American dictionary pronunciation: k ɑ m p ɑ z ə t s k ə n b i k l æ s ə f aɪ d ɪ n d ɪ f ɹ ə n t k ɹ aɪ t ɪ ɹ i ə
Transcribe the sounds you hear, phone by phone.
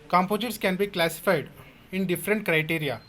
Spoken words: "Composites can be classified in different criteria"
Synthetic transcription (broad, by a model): k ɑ m p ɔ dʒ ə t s k ə n b i k l æ s ə f aɪ d ɪ n d ɪ f ɹ ə n t k ɹ aɪ t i ɹ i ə